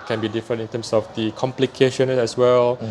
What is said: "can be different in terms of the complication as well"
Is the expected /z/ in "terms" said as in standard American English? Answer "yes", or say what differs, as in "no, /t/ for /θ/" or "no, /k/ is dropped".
no, /s/ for /z/